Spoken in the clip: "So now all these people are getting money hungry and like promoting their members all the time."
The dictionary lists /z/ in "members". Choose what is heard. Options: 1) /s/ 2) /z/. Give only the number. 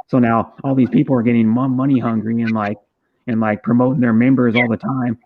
2